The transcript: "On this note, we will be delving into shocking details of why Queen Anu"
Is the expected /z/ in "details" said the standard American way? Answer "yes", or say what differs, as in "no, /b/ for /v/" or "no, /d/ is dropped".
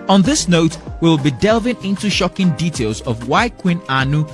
yes